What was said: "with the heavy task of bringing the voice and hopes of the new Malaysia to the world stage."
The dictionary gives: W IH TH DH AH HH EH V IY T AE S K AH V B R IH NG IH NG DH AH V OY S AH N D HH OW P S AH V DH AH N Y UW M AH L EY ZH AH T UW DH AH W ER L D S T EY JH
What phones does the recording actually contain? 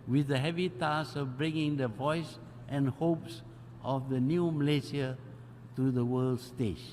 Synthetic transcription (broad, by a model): W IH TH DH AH HH EH V IY T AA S AH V B R IH NG IH NG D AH V OY S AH N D HH OW P S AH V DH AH N Y UW M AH L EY S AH T UW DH AH W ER L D S T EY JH